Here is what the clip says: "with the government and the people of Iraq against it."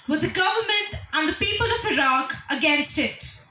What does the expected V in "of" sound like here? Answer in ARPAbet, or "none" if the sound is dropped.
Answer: V